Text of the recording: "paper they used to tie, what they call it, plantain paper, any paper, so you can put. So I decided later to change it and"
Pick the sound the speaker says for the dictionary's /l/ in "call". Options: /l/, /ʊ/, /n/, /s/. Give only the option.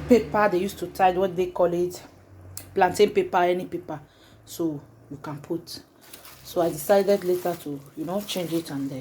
/l/